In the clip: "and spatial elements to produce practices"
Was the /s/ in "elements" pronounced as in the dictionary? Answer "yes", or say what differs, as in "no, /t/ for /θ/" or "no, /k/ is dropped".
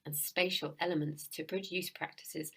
yes